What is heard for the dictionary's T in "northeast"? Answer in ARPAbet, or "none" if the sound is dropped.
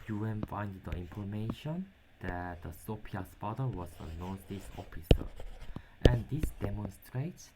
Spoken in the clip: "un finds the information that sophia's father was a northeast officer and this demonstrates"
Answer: none